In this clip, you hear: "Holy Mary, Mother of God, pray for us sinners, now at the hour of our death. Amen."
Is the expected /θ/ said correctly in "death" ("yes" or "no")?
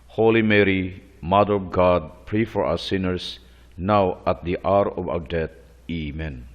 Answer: no